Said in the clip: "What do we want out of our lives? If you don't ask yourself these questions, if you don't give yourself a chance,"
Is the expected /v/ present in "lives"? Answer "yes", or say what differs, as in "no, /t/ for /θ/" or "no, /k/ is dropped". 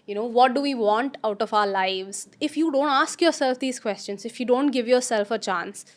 yes